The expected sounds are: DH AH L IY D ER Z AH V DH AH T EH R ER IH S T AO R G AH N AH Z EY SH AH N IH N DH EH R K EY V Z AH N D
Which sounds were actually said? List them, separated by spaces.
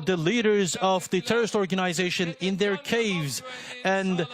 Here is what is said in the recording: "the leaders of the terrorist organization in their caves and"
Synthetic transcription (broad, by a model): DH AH L IY D ER Z AH V DH AH T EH R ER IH S T AO R G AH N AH Z EY SH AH N IH N DH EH R K EY V Z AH N